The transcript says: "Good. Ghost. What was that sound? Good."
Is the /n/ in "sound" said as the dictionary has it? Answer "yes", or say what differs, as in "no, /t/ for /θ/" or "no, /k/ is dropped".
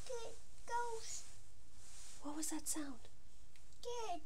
yes